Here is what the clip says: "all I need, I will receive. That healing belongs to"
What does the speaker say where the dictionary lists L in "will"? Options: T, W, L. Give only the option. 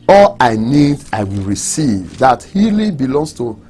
L